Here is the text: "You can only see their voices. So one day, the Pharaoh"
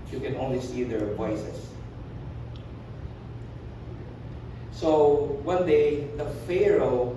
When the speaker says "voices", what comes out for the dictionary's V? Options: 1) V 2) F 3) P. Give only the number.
3